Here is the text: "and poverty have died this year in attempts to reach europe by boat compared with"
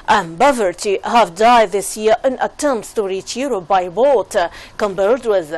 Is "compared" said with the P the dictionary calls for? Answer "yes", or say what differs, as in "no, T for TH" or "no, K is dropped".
no, B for P